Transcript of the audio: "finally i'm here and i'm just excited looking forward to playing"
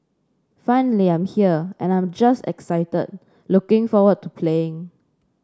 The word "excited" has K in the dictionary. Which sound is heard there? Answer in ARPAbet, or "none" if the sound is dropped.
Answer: K